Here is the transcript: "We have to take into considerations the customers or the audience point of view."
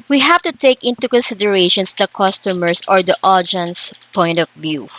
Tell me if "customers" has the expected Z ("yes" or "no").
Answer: no